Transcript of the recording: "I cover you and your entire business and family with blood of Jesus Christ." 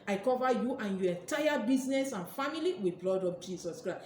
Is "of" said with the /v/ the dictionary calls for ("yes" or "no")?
no